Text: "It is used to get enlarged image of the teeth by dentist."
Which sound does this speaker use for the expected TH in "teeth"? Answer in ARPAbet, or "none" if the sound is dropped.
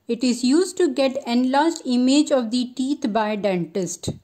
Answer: T